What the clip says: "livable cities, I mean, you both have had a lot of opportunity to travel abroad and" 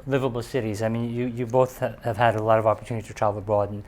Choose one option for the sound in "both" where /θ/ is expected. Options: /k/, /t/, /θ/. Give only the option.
/θ/